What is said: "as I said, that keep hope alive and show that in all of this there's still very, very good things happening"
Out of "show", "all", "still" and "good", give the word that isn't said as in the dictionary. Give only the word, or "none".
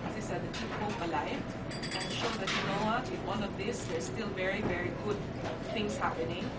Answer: all